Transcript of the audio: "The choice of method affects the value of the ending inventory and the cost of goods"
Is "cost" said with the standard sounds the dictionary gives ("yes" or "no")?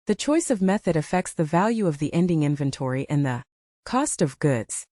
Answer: yes